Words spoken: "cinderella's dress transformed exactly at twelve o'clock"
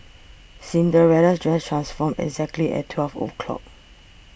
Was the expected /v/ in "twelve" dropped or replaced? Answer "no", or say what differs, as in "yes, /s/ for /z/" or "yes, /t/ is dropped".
yes, /f/ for /v/